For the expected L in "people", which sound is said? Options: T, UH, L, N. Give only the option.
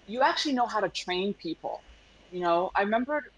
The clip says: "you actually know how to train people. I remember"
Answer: N